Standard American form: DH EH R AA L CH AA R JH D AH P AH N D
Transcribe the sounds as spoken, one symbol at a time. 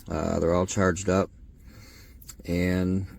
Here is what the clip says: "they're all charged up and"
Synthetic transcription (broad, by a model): DH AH R AA L CH AA R JH D AH P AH N